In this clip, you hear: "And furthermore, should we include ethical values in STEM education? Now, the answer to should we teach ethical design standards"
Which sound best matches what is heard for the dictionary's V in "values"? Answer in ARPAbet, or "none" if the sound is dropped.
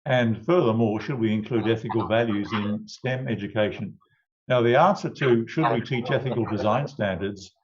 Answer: V